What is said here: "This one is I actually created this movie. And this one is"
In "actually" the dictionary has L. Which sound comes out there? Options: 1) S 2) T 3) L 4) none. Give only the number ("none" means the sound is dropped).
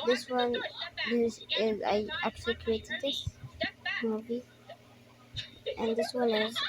4